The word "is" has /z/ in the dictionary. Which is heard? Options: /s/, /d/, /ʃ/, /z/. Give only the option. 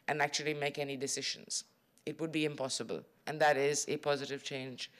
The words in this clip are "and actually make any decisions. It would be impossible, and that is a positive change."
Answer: /z/